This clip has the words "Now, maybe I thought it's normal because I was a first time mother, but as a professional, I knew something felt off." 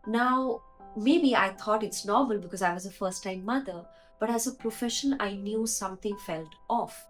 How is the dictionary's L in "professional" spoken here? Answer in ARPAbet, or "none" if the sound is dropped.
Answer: N